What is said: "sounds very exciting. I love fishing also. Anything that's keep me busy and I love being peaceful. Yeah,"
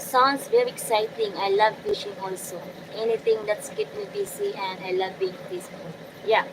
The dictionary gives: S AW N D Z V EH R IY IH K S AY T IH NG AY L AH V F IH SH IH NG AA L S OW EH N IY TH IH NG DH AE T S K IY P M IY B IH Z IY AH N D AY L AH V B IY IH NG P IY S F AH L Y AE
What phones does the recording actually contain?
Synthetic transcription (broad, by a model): S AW N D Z V EH R IY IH K S AY T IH NG AY L AH V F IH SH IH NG AA L S OW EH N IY T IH NG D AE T S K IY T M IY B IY S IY AH N D AY L AH V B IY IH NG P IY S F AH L Y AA